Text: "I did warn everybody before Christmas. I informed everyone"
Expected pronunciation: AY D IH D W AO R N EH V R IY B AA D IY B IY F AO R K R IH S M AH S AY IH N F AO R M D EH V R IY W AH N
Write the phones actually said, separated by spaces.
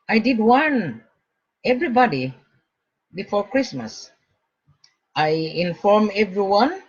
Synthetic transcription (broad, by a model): AY D IH D W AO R N EH V R IY B AA D IY B IY F AO R K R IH S M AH S AY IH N F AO R M EH V R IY W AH N